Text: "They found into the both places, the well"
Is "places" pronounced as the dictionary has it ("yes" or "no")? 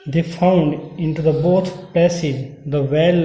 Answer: no